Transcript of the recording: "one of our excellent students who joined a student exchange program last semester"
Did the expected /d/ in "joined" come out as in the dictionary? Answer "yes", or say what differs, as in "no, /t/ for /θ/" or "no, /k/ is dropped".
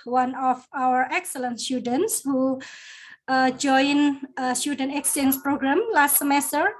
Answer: no, /d/ is dropped